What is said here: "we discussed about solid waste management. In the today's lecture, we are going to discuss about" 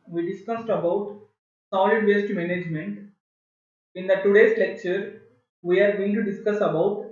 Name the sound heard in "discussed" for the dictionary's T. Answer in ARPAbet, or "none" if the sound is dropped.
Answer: T